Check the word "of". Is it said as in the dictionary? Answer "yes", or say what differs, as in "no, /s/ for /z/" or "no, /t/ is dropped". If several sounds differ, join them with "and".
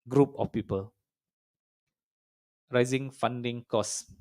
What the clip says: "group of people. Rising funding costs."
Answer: no, /f/ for /v/